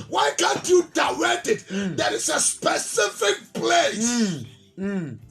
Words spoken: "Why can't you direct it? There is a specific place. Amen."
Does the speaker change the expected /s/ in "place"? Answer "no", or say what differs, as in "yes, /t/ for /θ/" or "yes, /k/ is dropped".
yes, /s/ is dropped